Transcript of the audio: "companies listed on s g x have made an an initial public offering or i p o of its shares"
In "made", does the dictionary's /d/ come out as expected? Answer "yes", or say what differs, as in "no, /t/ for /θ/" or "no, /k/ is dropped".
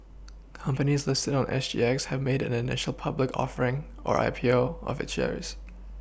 no, /d/ is dropped